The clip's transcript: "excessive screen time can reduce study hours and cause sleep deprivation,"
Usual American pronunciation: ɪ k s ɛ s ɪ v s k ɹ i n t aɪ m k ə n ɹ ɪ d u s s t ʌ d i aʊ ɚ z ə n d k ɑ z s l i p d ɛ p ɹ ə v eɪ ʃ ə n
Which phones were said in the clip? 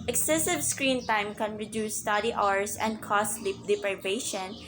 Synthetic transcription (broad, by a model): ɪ k s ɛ s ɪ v s k ɹ i n t aɪ m k ə n ɹ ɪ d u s s t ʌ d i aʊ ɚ s ə n d k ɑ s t l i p d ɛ p ɹ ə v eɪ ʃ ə n